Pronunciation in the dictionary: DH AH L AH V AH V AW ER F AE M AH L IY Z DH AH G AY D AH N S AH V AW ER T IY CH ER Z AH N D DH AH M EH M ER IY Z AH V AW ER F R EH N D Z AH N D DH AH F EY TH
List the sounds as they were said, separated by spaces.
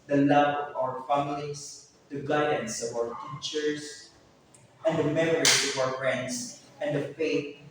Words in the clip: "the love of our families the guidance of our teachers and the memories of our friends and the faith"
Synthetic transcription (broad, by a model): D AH L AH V AH V AW ER F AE M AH L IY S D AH G AY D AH N S AH V AW ER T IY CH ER S AH N D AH M EH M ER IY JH AH V AW ER F R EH N D S AH N D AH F EY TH